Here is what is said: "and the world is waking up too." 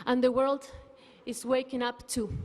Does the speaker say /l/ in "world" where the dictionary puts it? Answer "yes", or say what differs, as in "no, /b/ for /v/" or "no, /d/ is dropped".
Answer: yes